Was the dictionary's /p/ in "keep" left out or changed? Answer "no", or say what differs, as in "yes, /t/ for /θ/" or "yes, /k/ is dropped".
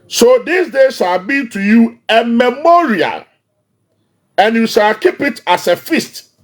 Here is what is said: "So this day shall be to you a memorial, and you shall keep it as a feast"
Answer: no